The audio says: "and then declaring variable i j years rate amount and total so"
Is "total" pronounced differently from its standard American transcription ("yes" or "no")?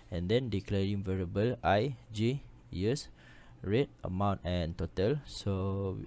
no